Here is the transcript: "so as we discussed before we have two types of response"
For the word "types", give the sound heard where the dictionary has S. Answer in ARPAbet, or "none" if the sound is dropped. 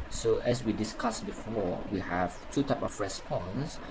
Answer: none